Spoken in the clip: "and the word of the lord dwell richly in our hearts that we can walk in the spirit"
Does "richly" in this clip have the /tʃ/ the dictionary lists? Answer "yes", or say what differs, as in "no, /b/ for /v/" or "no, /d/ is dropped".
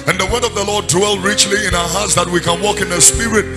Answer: yes